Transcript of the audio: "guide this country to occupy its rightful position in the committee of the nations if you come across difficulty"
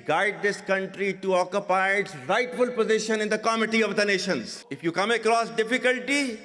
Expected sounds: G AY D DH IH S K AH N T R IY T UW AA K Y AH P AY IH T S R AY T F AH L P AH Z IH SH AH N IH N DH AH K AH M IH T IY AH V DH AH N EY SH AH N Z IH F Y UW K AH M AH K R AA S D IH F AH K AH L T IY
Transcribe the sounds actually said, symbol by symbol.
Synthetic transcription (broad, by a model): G AY D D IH S K AH N T R IY T UW AA K Y AH P AY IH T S R AY T F AH L P AH Z IH SH AH N IH N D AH K AH M IH T IY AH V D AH N EY SH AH N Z IH F Y UW K AH M AH K R AA S D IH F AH K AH L T IY